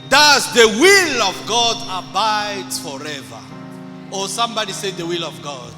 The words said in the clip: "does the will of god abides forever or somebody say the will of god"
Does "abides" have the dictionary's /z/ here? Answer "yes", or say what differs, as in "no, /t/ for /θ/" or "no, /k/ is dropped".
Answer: no, /z/ is dropped